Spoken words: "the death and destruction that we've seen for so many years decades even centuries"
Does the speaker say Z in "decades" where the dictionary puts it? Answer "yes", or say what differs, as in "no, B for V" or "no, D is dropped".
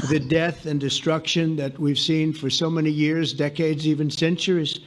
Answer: yes